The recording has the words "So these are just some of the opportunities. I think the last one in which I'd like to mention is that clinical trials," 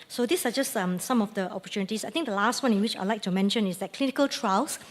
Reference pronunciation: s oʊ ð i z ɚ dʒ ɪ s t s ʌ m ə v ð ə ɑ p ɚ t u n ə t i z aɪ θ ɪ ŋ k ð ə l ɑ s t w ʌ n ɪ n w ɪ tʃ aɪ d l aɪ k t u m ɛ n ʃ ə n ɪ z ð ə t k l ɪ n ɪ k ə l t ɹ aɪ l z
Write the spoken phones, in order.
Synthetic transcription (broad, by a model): s oʊ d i s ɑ dʒ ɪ s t s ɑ m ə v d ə ɑ p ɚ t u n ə t i s aɪ t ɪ ŋ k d ə l ɑ s t w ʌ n ɪ n w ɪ tʃ aɪ l aɪ k t u m ɛ n ʃ ə n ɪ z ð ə t k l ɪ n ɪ k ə l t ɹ aɪ l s